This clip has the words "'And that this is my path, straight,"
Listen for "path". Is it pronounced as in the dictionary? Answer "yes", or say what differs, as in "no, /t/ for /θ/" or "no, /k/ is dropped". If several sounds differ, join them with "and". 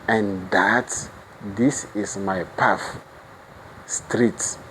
no, /f/ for /θ/